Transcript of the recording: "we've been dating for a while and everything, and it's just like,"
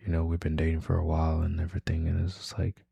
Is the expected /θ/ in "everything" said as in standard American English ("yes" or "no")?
yes